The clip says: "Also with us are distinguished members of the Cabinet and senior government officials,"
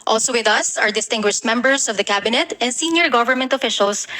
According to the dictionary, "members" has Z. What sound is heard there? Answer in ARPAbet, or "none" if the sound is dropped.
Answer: S